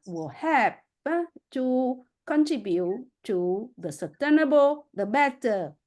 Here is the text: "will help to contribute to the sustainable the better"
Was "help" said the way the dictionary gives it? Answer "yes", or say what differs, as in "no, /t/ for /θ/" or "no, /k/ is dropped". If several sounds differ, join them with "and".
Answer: no, /l/ is dropped